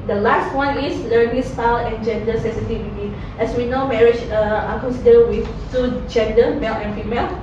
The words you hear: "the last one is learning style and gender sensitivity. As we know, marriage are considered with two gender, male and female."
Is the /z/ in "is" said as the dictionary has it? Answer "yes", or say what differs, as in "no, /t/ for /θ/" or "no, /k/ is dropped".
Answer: no, /s/ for /z/